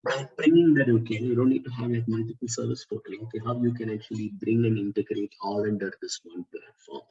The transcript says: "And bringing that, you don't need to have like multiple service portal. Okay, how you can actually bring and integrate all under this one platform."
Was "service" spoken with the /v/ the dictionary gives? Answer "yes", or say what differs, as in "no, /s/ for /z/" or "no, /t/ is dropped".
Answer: yes